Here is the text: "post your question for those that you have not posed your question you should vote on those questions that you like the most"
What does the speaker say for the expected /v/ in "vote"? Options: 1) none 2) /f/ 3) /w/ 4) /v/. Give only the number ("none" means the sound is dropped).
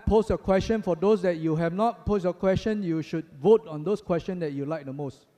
4